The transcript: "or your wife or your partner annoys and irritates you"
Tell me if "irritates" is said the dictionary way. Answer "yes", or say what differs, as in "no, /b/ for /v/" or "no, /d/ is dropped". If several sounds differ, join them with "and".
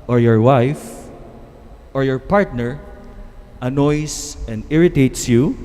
yes